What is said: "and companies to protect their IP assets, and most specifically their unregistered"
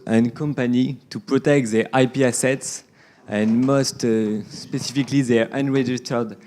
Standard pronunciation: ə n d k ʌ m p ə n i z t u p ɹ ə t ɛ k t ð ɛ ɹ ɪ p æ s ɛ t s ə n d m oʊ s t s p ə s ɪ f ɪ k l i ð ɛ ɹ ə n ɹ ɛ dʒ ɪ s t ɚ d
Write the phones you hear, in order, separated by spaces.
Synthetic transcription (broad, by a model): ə n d k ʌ m p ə n i t u p ɹ ə t ɛ k t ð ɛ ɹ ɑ p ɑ s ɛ t s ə n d m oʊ s t s p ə s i f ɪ k l i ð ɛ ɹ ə n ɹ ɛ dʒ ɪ s t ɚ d